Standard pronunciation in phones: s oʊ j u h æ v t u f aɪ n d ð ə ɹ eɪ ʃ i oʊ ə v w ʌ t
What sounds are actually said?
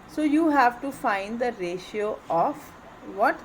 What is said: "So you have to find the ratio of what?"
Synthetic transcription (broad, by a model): s oʊ j u h æ v t u f aɪ n d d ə ɹ eɪ ʃ i oʊ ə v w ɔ t